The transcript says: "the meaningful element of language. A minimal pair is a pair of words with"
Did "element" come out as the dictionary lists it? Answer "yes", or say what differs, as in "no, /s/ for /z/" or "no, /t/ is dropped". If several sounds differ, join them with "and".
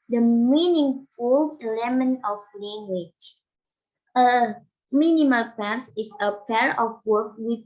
no, /t/ is dropped